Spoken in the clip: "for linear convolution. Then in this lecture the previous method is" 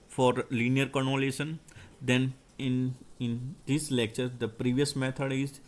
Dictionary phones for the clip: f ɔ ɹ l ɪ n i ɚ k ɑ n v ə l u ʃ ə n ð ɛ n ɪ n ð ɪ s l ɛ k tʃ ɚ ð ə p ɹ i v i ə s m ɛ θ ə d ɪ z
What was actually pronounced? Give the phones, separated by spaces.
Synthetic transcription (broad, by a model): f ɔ ɹ l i n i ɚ k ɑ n ə l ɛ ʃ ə n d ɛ n ɪ n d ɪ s l ɛ k tʃ ɚ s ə p ɹ i v i ə s m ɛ t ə d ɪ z